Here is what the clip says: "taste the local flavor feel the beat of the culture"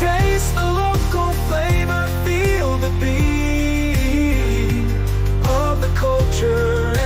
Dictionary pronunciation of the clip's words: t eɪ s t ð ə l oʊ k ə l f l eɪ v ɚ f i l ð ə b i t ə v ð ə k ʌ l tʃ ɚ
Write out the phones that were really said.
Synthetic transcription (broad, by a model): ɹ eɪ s ð ə l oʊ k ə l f l eɪ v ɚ f i l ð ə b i ə v ð ə k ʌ l tʃ ɚ